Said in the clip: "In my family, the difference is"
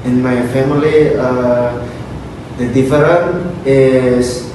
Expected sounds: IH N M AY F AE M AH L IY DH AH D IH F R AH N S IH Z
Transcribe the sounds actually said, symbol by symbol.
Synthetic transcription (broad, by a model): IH N M AY F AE M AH L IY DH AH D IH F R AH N IH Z